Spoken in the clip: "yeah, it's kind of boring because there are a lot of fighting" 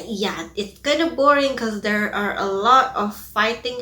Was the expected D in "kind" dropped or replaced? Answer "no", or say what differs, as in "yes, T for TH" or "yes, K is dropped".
yes, D is dropped